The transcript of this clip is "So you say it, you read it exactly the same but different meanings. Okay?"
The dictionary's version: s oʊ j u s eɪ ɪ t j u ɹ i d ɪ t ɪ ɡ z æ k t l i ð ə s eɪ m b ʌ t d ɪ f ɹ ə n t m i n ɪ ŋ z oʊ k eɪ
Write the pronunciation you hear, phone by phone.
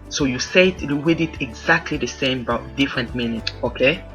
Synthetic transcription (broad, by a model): s oʊ j u s eɪ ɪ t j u w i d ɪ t ɪ ɡ z æ k t l i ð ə s eɪ m b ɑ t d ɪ f ɹ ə n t m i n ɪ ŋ oʊ k eɪ